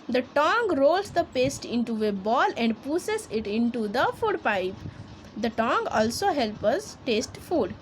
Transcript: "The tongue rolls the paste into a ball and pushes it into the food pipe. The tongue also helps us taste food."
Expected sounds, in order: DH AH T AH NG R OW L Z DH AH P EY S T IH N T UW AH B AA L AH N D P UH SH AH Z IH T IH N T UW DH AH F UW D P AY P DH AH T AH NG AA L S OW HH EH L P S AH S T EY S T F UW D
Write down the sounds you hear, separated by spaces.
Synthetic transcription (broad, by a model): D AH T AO NG R OW L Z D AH P EY S T IH N T UW AH B AA L AH N D P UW S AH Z IH T IH N T UW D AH F UW D P AY P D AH T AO NG AA L S OW HH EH L P AH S T EY S T F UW D